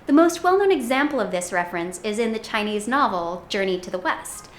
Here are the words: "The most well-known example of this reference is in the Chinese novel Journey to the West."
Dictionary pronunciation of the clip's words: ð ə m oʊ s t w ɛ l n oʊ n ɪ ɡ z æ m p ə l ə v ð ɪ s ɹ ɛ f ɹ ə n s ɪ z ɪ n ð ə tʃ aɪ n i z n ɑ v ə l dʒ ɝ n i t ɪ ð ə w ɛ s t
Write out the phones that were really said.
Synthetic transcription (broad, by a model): ð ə m oʊ s t w ɛ l n oʊ n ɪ ɡ z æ m p l ə v ð ɪ s ɹ ɛ f ɹ ə n s ɪ z ɪ n ð ə tʃ aɪ n i z n ɑ v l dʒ ɝ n i t ɪ ð ə w ɛ s t